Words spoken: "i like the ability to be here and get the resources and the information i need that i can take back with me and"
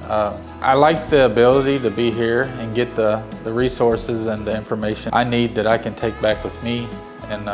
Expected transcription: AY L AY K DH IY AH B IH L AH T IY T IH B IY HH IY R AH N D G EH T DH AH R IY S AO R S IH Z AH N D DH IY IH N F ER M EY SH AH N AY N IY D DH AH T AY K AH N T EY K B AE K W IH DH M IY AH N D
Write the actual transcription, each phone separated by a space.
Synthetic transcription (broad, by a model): AY L AY K DH IY AH B IH L AH T IY T IH B IY HH IY R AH N G EH T DH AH R IY S AO R S IH Z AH N DH IY IH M F ER M EY SH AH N AY N IY D DH AH T AY K AH N T EY K B AE K W IH DH M IY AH N